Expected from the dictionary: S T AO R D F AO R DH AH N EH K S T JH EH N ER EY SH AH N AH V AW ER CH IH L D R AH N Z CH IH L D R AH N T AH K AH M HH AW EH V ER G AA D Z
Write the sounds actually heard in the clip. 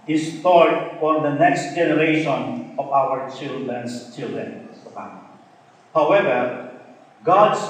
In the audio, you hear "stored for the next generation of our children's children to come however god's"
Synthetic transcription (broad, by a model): S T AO R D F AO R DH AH N EH K S T JH EH N ER EY SH AH N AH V AW ER CH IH L D R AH N S CH IH L D R AH N S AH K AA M HH AW EH V ER G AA D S